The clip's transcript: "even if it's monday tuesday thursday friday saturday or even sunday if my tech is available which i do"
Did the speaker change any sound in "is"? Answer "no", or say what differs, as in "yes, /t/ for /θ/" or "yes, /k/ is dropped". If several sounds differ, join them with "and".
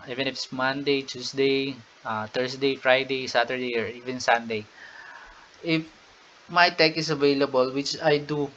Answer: yes, /s/ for /z/